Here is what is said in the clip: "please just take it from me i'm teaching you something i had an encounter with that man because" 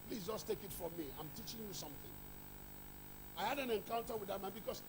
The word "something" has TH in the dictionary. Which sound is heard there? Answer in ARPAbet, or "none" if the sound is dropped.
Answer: TH